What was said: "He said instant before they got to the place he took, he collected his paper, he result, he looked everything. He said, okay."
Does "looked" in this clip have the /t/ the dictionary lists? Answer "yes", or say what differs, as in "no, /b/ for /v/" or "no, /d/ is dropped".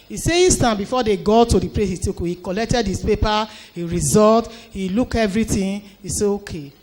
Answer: no, /t/ is dropped